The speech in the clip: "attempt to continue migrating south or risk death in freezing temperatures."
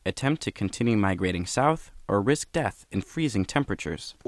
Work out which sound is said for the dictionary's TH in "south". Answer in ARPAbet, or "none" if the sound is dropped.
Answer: TH